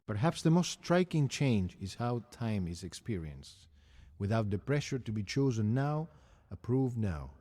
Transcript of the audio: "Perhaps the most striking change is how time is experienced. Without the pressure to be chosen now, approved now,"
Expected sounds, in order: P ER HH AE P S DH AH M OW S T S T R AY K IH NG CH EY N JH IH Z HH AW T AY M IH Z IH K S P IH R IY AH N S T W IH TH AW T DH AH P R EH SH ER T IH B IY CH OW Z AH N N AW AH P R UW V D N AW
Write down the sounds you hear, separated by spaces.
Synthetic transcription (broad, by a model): P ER HH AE P S DH AH M OW S T S T R AY K IH NG CH EY N JH IH Z HH AW T AY M IH Z IH K S P IH R IY AH N S T W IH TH AW T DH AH P R EH SH ER T IH B IY CH OW Z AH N N AW AH P R UW V D N AW